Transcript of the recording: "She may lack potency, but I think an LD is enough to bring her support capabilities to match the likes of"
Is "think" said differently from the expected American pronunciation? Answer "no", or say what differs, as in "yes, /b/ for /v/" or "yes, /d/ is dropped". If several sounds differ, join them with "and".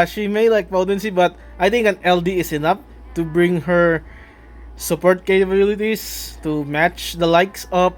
yes, /t/ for /θ/